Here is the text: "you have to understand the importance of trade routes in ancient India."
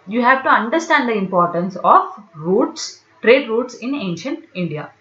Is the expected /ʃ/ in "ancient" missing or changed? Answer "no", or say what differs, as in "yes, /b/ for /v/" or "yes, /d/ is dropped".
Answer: no